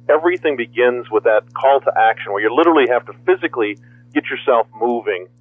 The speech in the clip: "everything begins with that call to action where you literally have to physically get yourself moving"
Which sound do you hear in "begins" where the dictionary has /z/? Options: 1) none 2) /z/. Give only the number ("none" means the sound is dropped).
2